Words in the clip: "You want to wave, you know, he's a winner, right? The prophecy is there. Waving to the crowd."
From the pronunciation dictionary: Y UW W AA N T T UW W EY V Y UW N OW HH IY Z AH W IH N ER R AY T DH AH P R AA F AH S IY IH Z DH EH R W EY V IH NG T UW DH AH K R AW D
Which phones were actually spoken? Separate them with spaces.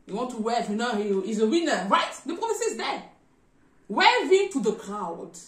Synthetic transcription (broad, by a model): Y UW W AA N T T UW W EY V Y UW N OW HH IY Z AH W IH N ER R AY T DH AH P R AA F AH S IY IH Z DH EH W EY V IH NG T UW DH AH K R AW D